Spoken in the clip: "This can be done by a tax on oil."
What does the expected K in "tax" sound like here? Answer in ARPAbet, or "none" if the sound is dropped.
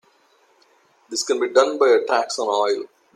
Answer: K